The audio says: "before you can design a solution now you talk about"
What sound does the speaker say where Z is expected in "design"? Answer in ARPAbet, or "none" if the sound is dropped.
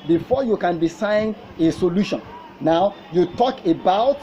S